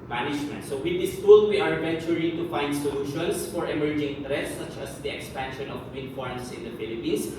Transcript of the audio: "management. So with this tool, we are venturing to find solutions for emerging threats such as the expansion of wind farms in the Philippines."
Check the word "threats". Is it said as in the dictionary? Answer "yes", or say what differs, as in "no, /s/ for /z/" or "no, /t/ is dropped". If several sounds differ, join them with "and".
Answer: no, /t/ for /θ/